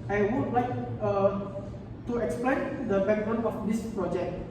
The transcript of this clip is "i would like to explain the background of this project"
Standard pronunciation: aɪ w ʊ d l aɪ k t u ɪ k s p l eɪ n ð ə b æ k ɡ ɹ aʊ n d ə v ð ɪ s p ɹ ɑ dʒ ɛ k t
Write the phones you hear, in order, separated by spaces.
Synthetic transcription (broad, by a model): aɪ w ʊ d l aɪ k t u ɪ k s p l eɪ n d ə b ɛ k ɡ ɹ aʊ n ə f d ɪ s p ɹ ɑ dʒ ɛ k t